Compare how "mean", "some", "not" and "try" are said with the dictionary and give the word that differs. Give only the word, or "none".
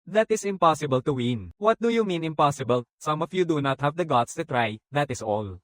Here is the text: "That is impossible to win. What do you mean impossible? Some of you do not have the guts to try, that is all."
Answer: none